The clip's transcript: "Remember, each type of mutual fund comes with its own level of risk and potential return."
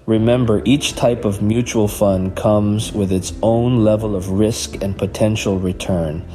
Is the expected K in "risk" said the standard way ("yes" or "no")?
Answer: yes